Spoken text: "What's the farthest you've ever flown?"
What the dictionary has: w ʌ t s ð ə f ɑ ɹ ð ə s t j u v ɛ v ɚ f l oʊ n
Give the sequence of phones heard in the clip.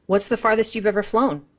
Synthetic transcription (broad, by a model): w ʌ t s ð ə f ɑ ɹ ð ə s t j u v ɛ v ɚ f l oʊ n